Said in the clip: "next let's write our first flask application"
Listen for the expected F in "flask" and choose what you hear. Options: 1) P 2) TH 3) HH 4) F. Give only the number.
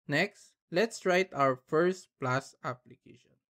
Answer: 1